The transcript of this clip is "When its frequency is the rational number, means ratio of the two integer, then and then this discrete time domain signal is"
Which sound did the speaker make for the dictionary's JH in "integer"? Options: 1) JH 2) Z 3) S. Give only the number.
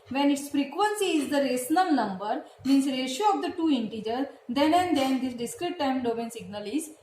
1